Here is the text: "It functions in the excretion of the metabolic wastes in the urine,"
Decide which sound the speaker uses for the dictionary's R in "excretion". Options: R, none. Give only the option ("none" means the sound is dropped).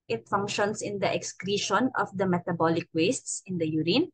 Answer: R